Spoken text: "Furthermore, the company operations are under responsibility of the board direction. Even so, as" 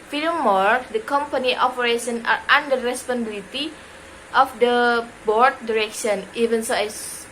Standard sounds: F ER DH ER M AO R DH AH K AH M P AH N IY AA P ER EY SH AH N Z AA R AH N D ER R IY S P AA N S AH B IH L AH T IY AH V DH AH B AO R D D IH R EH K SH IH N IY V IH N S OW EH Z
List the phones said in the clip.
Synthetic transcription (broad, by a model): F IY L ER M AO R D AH K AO M P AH N IY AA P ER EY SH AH N AA R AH N D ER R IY S P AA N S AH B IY L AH T IY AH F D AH B AO R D D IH R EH K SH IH N IY V IH N S OW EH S